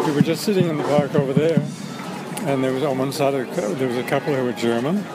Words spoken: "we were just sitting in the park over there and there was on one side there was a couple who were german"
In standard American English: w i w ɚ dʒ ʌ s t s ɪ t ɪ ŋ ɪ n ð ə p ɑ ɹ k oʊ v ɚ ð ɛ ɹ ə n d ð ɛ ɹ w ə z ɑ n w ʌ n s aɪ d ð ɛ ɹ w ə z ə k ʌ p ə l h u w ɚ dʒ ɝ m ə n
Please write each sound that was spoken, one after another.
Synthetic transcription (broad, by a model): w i w ɚ dʒ ʌ s t s ɪ t ɪ ŋ ɪ n ð ə b ɑ ɹ k oʊ v ɚ ð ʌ ɹ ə n ð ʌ ɹ w ə z n w ʌ n s aɪ d ð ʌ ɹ w ə z ə k ʌ p l h u w ɚ dʒ ɝ m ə n